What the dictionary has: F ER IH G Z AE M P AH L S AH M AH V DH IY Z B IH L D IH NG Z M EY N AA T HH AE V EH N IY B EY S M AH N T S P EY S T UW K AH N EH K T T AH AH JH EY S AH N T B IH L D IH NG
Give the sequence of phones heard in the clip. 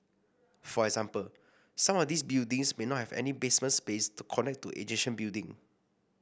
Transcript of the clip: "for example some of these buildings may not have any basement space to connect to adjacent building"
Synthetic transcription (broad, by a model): F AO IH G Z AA M P AH L S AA M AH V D IY S B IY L D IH NG S M EY N AA T HH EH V EH N IY B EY S M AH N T S P EY S T UW K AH N EH K T T AH JH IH SH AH N B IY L D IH NG